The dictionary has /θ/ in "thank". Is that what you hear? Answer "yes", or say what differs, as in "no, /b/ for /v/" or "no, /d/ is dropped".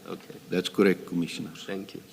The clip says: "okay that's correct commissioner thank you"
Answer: no, /t/ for /θ/